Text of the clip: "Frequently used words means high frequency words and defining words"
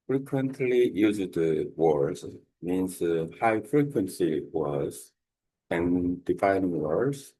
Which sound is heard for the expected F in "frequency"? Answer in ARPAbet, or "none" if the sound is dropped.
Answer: F